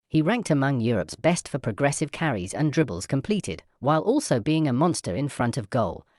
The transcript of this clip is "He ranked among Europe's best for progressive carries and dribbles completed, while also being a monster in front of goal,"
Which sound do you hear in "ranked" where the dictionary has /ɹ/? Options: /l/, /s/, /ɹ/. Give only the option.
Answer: /ɹ/